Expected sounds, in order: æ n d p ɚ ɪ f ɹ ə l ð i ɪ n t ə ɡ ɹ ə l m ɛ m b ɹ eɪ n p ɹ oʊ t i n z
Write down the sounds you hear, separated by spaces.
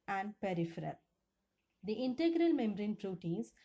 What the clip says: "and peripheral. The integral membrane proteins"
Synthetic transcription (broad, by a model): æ n d p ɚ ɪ f ɹ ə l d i ɪ n t ə ɡ ɹ ə l m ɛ m ɹ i n p ɹ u t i n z